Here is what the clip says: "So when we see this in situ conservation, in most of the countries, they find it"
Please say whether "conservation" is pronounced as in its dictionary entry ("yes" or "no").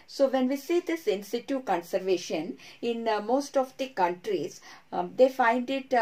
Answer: yes